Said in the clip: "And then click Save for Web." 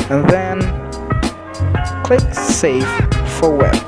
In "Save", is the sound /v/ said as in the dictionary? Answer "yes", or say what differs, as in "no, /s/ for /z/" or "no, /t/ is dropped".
no, /f/ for /v/